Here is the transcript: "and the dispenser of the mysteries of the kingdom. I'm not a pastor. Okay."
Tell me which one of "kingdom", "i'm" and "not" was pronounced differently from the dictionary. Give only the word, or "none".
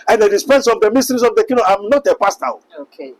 kingdom